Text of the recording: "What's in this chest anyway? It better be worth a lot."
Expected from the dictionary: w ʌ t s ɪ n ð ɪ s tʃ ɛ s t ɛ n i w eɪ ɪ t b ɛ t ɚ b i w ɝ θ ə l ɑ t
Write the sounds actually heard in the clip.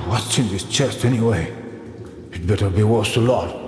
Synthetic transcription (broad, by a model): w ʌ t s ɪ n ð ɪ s tʃ ɛ s t ɛ n i w eɪ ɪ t b ɛ t ɚ b i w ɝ s ə l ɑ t